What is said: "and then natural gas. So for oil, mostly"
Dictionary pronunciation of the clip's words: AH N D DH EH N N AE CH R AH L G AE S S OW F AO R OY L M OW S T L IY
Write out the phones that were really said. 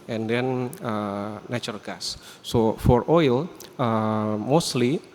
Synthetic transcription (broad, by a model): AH N D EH N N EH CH AH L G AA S S OW F AO R OY L M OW S T L IY